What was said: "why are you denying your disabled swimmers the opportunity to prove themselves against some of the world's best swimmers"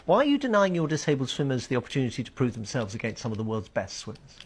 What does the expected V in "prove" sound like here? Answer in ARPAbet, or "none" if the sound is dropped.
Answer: V